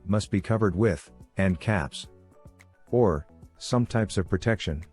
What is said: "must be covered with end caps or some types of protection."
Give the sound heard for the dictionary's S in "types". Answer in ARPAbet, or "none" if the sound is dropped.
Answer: S